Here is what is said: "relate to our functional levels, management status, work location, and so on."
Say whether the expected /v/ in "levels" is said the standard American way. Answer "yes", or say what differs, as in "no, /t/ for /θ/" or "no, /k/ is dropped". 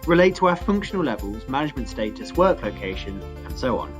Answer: yes